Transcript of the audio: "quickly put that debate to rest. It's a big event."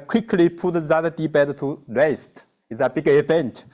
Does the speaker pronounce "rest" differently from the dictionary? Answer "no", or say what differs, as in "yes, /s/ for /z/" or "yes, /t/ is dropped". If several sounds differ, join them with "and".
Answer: yes, /w/ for /ɹ/